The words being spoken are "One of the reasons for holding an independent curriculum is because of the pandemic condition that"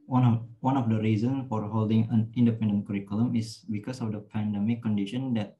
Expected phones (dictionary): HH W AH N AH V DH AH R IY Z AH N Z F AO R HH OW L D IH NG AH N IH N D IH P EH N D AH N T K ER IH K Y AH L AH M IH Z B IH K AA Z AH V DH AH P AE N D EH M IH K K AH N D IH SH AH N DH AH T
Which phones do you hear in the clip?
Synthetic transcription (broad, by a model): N W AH N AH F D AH R IY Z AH N S F AO R HH OW L D IH NG AH N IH N D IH P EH N D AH N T K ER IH K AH L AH M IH S B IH K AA S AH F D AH P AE N D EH M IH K K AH N D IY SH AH N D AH T